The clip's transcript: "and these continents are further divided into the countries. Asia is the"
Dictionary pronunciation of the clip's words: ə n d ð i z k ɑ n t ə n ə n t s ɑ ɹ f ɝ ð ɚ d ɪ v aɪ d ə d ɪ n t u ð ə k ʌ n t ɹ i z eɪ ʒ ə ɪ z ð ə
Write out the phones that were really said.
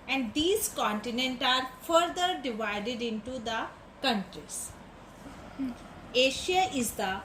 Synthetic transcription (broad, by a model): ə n d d i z k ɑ n t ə n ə n t ɑ ɹ f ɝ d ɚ d ɪ v aɪ d ə d ɪ n t u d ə k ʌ n t ɹ i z eɪ ʃ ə ɪ z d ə